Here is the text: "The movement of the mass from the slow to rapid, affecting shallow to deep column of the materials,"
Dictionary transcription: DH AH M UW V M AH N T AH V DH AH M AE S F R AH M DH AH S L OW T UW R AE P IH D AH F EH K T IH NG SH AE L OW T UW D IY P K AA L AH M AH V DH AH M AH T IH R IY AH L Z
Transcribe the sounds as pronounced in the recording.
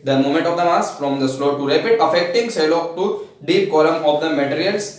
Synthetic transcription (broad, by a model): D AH M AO M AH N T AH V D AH M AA S F R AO M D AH S L OW T UW R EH P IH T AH F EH K T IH NG S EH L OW T UW D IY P K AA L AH M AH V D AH M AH T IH R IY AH L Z